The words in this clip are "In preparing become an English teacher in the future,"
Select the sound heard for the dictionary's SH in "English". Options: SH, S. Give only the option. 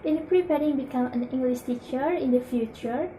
S